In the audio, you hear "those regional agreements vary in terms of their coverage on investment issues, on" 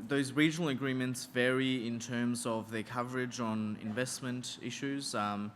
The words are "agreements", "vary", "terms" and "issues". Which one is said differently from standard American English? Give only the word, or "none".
none